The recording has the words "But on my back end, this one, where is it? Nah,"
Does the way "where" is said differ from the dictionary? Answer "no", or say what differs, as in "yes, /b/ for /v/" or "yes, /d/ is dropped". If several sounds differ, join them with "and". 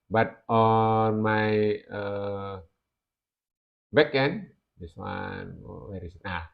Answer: yes, /w/ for /ɹ/